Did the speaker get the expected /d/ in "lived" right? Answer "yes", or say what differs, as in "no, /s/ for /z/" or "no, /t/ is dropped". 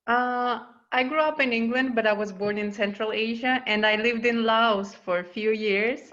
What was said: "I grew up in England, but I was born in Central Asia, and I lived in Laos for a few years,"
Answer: yes